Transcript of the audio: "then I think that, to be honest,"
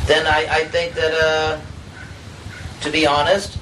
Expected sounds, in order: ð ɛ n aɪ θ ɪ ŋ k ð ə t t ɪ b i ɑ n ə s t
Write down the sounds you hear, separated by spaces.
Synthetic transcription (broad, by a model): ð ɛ n aɪ θ ɪ ŋ k ð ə t t ɪ b i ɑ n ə s t